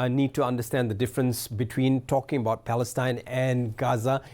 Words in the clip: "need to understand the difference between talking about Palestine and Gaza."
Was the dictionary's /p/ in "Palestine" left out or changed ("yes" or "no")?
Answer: no